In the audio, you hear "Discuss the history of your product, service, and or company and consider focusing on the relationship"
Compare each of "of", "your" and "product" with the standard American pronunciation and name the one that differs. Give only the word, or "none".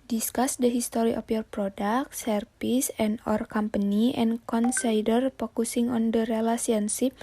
of